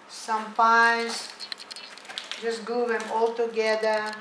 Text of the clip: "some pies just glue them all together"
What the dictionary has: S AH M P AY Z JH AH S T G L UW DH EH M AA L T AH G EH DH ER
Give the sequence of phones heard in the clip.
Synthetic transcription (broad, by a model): S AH M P AY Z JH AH S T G UW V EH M AA L T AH G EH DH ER